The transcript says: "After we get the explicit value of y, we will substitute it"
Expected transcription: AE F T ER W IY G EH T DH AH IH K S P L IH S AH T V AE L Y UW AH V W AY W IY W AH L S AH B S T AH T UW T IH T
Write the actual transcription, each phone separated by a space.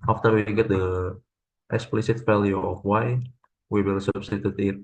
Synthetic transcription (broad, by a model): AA F T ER W IY G EH T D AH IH K S P L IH S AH T F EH L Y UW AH F W AY W IY W AH L S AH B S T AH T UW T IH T